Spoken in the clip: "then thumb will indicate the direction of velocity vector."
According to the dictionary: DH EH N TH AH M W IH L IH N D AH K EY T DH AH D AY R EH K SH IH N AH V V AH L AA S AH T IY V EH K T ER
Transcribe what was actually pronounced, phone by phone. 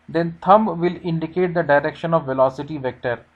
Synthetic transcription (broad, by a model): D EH N T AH M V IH L IH N D AH K EY T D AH D AY R EH K SH IH N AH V V AH L AA S AH T IY V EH K T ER